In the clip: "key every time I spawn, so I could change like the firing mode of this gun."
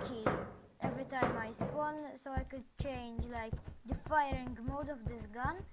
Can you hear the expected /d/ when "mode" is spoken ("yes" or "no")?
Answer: yes